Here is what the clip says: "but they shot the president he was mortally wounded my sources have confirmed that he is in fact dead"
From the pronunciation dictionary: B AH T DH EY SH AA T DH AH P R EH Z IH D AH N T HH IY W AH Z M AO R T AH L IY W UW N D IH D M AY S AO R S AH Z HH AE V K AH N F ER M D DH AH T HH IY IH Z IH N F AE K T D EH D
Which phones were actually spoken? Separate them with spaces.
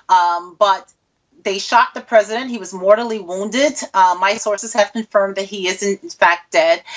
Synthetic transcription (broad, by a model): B AH T DH EY SH AA T DH AH P R EH Z IH D AH N T HH IY W AH Z M AO R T L IY W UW N D IH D M AY S AO R S AH Z HH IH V K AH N F ER M DH AH T HH IY IH Z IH N F AE K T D EH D